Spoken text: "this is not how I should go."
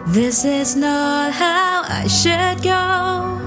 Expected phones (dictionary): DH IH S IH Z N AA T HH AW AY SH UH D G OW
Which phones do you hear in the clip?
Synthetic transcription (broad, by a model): DH IH S IH Z N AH T HH AW AY SH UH D G OW